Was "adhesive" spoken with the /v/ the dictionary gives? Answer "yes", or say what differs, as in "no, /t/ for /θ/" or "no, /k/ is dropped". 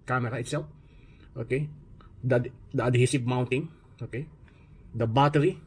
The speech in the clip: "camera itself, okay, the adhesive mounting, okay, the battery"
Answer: no, /p/ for /v/